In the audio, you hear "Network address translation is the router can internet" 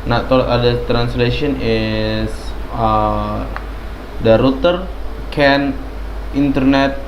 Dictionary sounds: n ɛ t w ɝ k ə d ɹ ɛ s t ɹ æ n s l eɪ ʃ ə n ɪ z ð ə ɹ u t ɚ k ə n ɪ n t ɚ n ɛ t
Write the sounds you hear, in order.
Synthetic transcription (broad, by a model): n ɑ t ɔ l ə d ʌ t ɹ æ n s l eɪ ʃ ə n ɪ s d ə ɹ u t ɚ k ə n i n t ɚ n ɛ t